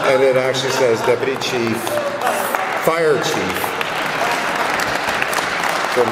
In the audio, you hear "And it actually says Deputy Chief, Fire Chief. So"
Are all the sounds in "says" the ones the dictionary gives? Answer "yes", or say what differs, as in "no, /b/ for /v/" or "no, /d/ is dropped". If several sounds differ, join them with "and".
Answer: yes